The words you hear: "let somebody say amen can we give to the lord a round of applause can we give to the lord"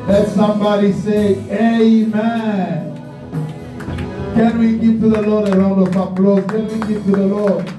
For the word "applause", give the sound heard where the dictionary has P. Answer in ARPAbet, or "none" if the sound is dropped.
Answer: B